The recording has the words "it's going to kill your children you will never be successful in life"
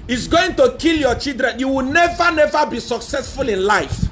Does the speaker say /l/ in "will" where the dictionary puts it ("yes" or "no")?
no